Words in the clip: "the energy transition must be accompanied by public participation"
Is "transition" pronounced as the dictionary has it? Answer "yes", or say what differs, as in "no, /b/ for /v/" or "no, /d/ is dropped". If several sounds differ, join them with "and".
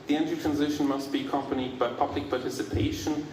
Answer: yes